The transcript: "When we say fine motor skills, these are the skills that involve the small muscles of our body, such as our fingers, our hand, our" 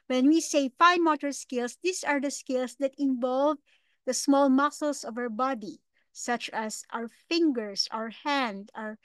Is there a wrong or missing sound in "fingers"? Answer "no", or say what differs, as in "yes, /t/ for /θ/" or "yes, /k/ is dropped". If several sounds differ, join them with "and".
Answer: yes, /s/ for /z/